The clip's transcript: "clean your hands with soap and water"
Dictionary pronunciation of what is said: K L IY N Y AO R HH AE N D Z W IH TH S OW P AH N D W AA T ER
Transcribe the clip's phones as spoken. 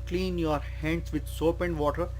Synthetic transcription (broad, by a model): K L IY N Y AO R HH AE N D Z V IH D S OW P AH N D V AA T ER